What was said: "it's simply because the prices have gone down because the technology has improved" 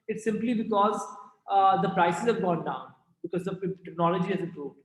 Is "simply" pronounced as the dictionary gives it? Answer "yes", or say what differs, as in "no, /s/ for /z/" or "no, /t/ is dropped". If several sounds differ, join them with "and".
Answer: yes